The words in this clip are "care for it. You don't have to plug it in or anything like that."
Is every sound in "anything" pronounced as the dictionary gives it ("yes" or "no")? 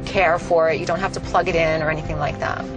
yes